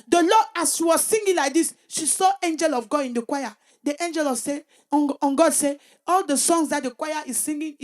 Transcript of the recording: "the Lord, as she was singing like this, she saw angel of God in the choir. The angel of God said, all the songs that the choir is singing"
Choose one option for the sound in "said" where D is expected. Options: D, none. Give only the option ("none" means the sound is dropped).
none